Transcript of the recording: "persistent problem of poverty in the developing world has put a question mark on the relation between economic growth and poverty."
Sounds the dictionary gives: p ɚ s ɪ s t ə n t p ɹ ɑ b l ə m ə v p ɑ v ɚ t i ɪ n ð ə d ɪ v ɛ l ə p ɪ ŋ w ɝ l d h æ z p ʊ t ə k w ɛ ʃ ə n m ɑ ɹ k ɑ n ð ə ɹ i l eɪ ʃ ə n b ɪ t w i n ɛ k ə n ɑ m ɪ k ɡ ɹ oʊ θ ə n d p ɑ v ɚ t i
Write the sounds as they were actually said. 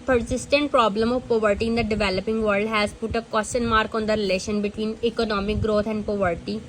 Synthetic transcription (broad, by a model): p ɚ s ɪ s t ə n t p ɹ ɑ b l ə m ə v p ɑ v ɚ t i ɪ n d ə d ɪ v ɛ l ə p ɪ ŋ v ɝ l d h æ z p ʊ t ə k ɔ s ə n m ɑ ɹ k ɑ n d ə ɹ i l eɪ ʃ ə n b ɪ t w i n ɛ k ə n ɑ m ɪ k ɡ ɹ oʊ t ə n d p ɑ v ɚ t i